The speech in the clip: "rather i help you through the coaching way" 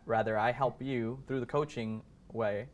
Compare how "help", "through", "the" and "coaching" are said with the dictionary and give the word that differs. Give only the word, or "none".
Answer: none